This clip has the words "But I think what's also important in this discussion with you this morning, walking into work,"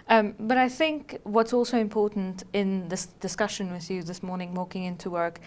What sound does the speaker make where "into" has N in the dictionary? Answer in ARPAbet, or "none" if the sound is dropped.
N